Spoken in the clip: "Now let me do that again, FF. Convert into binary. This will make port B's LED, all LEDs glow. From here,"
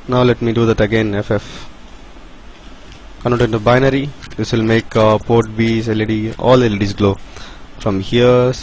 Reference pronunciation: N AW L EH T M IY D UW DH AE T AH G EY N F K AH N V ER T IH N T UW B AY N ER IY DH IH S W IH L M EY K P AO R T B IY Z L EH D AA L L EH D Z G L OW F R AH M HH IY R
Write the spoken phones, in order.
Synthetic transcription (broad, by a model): N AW L EH T M IY D UW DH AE T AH G EY N F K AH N ER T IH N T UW B AY N ER IY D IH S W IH L M EY K P AO R T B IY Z L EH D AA L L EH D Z G L OW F R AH M HH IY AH